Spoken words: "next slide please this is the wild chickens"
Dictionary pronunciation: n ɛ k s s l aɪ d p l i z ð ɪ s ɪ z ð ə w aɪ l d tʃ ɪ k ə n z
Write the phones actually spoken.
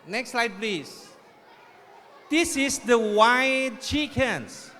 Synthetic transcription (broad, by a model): n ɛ k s s l aɪ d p l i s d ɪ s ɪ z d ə w aɪ d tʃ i k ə n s